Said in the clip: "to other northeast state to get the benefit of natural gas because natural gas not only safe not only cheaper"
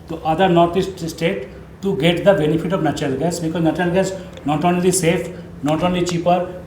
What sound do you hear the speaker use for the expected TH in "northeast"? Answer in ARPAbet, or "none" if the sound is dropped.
T